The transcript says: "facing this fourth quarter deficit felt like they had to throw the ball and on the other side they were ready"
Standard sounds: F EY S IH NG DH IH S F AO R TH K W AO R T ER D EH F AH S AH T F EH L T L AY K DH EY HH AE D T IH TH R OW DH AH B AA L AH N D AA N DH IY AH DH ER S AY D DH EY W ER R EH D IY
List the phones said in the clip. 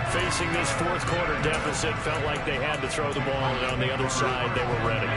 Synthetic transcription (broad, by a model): F EY S IH NG DH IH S F AO R TH K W AO R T ER D EH F AH S AH T F EH L T L AY K DH EY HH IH D T IH TH R OW DH AH B AA L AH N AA N DH IY AH DH ER S AY D DH EY W ER R EH D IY